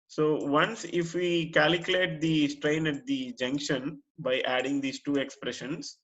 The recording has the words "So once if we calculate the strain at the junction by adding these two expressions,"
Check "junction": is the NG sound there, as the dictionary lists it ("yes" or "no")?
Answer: yes